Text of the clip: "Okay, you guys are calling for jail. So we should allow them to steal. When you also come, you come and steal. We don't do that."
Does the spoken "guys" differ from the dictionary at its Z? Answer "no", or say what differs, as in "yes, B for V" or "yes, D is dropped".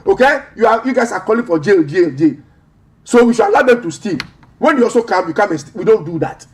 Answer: yes, S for Z